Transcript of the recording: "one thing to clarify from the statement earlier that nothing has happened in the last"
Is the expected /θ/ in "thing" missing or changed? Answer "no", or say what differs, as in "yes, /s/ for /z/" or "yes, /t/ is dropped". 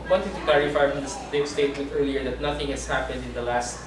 yes, /t/ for /θ/